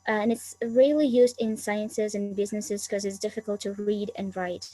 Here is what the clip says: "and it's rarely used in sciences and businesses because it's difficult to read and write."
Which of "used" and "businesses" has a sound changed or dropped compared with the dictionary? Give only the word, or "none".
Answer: none